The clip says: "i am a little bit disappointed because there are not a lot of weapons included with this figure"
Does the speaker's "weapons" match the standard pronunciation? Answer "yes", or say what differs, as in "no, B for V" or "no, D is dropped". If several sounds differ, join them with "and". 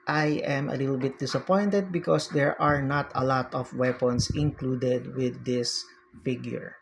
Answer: no, S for Z